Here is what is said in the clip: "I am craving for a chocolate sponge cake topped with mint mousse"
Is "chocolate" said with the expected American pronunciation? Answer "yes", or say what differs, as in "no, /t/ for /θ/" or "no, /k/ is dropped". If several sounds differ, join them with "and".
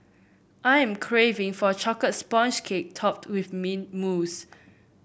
no, /l/ is dropped